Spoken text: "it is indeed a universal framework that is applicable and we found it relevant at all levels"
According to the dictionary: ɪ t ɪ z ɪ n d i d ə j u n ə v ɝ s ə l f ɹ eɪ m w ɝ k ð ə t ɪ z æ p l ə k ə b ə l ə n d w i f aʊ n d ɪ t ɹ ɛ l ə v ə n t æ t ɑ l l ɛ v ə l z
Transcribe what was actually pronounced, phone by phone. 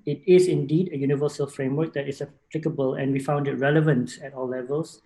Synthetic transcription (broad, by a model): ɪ t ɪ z ɪ n d i d ə j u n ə v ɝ s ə l f ɹ eɪ m w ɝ k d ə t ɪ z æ p l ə k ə b ə l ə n w i f aʊ n d ɪ t ɹ ɛ l ə v ə n t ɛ t ɑ l l ɛ v ə l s